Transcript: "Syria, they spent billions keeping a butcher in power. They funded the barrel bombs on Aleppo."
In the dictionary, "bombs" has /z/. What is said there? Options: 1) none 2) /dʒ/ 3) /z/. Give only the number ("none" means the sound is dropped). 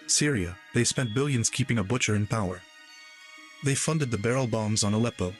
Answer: 3